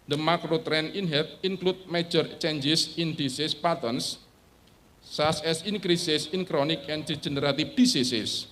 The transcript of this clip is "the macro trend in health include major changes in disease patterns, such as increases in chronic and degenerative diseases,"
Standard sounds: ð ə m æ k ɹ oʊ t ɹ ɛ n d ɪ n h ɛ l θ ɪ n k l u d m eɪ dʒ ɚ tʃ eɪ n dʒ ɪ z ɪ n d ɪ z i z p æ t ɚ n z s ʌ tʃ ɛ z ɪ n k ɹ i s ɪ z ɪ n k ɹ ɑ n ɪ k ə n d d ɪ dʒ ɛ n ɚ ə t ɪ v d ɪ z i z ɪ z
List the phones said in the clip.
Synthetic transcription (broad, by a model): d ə m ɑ k ɹ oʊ t ɹ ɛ n ɪ n h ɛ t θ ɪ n k l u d m eɪ dʒ ɚ tʃ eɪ n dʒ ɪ s ɪ n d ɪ s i s p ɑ t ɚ n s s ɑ s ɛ s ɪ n k ɹ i s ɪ s ɪ n k ɹ ɑ n ɪ k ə n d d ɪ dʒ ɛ n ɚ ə t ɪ f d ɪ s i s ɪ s